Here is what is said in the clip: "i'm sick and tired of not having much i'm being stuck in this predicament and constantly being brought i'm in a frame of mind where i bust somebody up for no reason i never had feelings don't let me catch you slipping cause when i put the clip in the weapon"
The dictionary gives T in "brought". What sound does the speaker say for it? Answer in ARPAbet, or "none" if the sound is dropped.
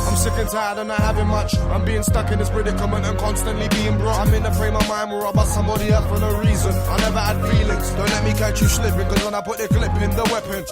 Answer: none